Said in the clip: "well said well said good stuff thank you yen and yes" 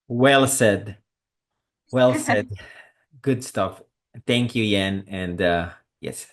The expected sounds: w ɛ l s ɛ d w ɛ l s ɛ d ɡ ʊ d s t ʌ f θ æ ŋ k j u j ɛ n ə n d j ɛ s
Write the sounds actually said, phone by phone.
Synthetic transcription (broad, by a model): w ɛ l s ɛ d w ɛ l s ɛ d ɡ ʊ d s t ʌ f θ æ ŋ k j u j ɛ n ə n d j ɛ s